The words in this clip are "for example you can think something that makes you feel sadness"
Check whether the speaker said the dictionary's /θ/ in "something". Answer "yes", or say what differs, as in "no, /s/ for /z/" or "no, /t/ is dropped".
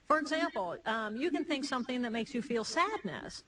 yes